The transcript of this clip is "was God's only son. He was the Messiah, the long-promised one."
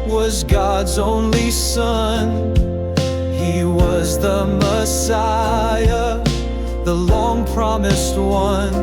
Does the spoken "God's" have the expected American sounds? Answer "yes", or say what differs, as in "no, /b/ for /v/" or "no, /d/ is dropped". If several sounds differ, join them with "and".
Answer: yes